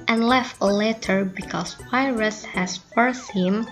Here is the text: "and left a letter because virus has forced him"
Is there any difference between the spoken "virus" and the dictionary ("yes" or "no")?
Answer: yes